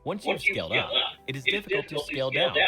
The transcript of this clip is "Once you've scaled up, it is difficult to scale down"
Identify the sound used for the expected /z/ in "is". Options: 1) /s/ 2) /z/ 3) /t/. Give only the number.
2